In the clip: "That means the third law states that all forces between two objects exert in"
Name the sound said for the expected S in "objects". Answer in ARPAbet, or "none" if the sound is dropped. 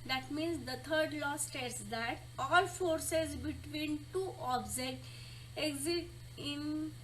none